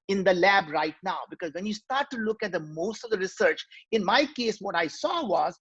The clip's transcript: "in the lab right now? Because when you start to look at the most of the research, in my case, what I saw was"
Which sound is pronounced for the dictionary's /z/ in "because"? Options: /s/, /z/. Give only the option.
/z/